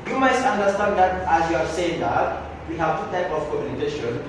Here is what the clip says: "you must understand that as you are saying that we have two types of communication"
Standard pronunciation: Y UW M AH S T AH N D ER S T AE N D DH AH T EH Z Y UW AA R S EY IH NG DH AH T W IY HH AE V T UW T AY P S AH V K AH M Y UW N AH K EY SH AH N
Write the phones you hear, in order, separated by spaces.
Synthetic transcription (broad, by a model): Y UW M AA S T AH N D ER S T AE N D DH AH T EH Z Y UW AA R S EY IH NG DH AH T W IY HH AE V T UW T AY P AH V K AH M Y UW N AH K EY SH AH N